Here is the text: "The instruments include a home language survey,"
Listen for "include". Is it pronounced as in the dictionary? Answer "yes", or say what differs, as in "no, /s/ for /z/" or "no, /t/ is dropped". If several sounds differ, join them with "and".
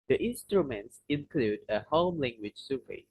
yes